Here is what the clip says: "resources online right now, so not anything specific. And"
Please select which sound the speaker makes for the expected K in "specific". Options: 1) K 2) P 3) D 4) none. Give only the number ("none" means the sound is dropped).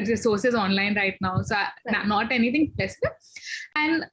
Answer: 4